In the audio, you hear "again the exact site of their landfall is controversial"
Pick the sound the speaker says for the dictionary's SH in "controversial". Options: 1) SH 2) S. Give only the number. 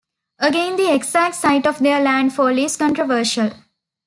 1